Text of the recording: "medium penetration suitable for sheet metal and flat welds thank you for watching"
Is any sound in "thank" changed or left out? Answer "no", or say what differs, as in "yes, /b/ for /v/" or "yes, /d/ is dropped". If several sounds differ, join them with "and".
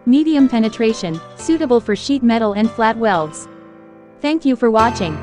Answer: no